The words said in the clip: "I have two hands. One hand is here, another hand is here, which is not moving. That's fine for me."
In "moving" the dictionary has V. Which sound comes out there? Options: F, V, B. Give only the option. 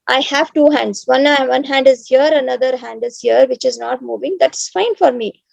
V